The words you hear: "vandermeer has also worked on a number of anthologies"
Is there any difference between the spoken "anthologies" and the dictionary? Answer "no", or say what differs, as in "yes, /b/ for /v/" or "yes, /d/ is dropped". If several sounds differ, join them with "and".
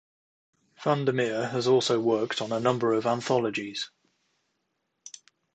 no